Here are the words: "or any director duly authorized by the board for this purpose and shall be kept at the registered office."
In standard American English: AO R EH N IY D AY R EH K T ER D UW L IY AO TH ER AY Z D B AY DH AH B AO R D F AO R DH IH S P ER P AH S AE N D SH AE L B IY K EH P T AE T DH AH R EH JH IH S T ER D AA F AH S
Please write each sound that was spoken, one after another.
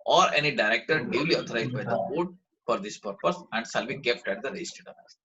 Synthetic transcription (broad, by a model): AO R EH N IY D AY R EH K T ER D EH L IY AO T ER AY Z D B AY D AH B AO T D F AO R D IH S P ER P AH S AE N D S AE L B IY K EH P T AE T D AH R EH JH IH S T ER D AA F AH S